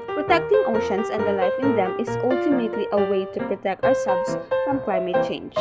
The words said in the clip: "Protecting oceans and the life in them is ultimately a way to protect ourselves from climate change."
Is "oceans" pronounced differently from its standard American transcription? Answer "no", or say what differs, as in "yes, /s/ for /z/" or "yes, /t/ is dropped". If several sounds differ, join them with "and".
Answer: yes, /s/ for /z/